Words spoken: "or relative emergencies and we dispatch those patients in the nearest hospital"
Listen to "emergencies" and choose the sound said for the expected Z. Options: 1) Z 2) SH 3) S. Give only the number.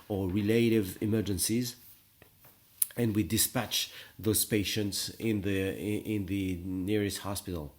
1